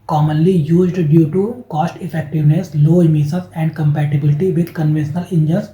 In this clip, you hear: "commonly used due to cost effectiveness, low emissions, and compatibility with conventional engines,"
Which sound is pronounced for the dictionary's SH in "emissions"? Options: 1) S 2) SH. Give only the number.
1